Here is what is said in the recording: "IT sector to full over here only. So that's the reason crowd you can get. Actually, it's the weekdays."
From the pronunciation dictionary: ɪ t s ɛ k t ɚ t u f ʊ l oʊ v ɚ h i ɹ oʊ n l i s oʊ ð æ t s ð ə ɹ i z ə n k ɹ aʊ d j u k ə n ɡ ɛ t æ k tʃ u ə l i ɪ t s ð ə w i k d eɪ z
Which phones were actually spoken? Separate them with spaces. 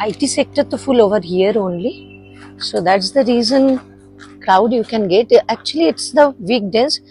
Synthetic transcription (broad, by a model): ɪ t s ɛ k t ɚ t u f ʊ l oʊ v ɚ h i ɹ oʊ n l i s oʊ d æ t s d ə ɹ i z ə n k ɹ aʊ d j u k ə n ɡ ɛ t æ k tʃ u ə l i ɪ t s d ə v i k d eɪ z